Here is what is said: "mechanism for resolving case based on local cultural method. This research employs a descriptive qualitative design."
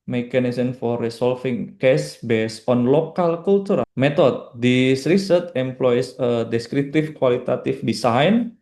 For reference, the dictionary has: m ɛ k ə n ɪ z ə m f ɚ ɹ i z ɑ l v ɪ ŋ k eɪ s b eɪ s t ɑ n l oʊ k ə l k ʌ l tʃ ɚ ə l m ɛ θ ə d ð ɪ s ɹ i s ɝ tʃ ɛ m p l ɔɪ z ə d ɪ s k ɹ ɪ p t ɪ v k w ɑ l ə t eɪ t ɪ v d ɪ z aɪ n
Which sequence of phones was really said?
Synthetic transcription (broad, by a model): m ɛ k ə n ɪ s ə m f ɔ ɹ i s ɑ l f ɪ ŋ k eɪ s b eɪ s ɑ n l oʊ k ə l k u l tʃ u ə m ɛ t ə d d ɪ s ɹ i s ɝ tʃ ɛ m p l ɔɪ s ə d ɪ s k ɹ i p t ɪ f k w ɑ l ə t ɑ t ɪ f d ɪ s aɪ n